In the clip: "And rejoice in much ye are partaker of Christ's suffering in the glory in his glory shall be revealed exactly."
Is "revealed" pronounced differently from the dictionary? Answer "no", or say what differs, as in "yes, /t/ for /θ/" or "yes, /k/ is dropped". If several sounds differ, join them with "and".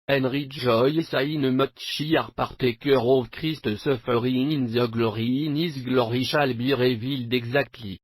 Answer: no